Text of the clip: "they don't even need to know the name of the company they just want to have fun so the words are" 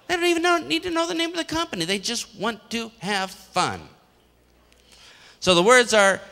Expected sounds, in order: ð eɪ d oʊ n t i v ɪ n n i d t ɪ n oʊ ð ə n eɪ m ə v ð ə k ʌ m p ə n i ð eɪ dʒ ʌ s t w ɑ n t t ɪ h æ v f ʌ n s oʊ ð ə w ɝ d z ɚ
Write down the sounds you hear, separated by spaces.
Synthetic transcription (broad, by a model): ð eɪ d oʊ n t i v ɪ n n i d t ɪ n oʊ ð ə n eɪ m ə v ð ə k ʌ m p ə n i ð eɪ dʒ ʌ s t w ɑ n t t ɪ h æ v f ʌ n s oʊ ð ə w ɝ d z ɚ